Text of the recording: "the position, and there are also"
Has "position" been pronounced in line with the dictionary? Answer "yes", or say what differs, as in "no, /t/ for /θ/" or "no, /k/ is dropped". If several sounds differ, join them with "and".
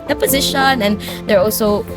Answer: yes